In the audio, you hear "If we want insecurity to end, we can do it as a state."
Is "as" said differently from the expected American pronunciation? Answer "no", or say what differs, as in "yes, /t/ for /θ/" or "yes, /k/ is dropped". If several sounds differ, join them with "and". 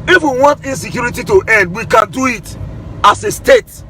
yes, /s/ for /z/